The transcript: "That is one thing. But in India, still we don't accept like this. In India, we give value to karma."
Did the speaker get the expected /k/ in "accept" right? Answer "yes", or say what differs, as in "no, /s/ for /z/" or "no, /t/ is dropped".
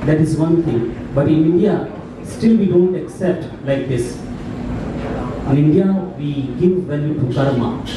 yes